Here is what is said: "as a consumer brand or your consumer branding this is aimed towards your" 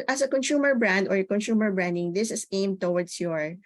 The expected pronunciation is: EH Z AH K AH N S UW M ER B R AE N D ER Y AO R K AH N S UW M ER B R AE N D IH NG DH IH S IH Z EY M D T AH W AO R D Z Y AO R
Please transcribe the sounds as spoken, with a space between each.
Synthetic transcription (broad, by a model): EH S AH K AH N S UW M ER B R AE N D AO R K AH N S UW M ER B R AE N D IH NG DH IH S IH S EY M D T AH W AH R D S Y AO R